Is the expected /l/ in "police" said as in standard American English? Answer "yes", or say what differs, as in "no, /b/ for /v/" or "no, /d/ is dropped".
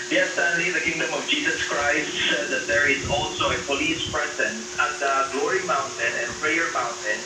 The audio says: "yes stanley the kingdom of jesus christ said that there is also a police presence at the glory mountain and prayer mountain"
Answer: yes